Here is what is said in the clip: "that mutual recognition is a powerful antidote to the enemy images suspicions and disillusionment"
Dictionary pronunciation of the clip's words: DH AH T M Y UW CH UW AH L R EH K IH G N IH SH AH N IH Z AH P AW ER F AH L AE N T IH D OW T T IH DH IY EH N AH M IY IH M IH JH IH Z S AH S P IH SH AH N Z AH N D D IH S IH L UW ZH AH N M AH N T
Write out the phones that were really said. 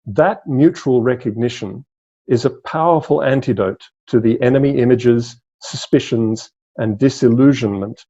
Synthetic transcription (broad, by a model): DH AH T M Y UW CH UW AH L R EH K IH G N IH SH AH N IH Z AH P AW ER F AH L AE N T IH D OW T T IH DH IY EH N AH M IY IH M IH JH IH Z S AH S P IH SH AH N Z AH N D D IH S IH L UW ZH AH N M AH N T